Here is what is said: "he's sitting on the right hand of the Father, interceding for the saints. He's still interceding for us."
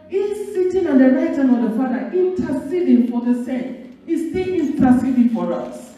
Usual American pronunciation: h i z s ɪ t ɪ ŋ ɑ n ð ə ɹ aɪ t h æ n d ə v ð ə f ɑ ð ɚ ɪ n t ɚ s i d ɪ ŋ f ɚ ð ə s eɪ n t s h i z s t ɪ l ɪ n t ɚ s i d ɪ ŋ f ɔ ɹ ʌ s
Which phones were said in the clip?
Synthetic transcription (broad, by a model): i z s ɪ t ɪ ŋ ɑ n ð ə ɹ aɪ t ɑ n ə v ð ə f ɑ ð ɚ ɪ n t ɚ s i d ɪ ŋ f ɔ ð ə s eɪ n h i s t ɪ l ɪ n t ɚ s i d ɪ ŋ f ɔ ɹ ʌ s